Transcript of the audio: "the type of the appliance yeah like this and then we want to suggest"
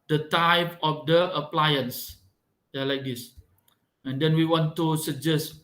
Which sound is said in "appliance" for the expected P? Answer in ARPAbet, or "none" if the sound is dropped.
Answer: P